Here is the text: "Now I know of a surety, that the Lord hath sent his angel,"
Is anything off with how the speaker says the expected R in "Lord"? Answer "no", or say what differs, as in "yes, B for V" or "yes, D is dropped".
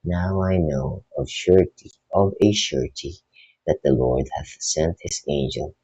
no